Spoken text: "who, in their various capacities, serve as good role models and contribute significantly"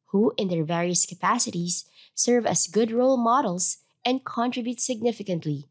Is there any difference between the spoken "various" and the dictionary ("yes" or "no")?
no